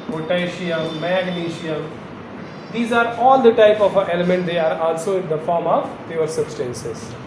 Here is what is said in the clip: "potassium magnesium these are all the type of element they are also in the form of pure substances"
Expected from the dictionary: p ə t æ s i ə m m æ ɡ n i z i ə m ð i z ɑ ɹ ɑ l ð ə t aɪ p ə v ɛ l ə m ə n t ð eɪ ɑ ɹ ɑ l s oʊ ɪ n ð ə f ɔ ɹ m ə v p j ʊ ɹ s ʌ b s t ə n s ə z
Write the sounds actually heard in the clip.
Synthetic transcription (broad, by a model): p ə t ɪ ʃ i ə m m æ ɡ l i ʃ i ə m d i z ɑ ɹ ɑ l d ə t aɪ p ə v ɛ l ə m ə n t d eɪ ɑ ɹ ɑ l s oʊ ɪ n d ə f ɔ ɹ m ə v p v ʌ ɹ s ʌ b s t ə n s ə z